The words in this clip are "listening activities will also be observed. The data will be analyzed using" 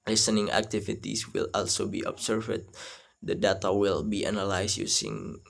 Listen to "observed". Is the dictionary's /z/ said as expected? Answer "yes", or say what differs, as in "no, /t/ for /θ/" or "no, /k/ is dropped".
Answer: no, /s/ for /z/